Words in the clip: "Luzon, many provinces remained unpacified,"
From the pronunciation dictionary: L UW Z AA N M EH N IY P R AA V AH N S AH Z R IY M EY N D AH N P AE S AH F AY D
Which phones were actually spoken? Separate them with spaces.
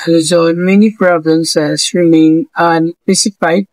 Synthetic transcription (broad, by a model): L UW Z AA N M EH N IY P R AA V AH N S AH S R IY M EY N AH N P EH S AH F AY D